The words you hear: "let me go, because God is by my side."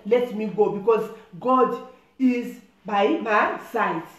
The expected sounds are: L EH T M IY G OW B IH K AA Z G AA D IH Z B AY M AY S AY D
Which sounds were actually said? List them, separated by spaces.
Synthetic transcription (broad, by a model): L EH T M IY G OW B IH K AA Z G AA D IH Z B AY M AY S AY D